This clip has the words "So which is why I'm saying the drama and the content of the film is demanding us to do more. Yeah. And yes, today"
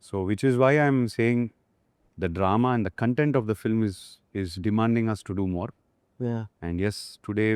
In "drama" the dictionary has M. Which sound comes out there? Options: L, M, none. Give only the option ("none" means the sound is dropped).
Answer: M